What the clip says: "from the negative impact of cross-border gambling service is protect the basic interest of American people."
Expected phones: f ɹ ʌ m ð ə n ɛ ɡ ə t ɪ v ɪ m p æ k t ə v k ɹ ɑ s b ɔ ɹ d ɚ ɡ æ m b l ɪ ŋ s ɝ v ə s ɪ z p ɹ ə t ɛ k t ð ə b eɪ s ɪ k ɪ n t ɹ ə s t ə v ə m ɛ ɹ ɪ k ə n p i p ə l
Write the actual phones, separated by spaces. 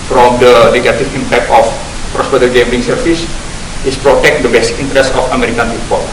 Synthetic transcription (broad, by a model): f ɹ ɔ m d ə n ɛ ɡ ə t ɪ f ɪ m p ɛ k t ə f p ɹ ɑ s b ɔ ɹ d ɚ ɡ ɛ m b ɪ ŋ s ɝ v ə s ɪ s p ɹ ə t ɛ k t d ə b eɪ s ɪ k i n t ɹ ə s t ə f ə m ɛ ɹ ɪ k ə n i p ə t